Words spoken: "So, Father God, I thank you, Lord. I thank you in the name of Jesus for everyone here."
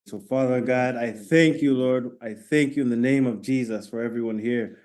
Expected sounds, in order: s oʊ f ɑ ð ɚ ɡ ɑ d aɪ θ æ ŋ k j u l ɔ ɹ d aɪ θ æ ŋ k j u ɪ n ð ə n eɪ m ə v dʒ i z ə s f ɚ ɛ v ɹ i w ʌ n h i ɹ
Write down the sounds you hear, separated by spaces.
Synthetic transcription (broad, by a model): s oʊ f ɑ ð ɚ ɡ ɑ d aɪ θ æ ŋ k j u l ɔ ɹ d aɪ θ æ ŋ k j u ɪ n ð ə n eɪ m ə v dʒ i z ə s f ɚ ɛ v ɹ i w ʌ n h i ɹ